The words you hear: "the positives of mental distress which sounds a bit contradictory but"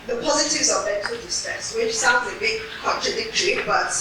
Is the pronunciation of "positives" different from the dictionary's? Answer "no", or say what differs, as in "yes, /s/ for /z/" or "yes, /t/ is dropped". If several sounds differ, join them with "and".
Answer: no